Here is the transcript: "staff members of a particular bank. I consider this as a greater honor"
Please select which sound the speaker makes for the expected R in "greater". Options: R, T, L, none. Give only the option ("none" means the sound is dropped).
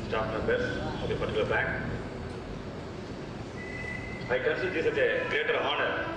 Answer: R